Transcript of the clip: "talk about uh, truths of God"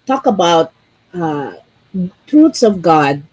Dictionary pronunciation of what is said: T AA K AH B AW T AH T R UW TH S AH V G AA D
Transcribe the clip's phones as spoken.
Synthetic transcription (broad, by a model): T AA K AH B AW T AH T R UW T S AH V G AA D